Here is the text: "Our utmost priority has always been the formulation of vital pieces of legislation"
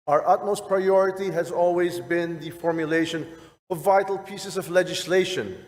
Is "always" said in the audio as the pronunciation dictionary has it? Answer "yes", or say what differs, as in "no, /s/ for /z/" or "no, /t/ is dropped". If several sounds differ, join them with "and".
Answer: yes